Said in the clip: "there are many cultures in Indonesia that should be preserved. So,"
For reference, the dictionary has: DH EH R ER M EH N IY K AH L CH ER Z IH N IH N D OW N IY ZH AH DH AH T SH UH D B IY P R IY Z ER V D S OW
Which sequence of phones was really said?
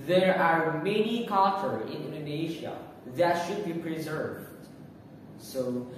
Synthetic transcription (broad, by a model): DH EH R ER M EH N IY K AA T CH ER IH N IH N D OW N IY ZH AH DH AH T SH UH D B IY P R IY Z ER V D S OW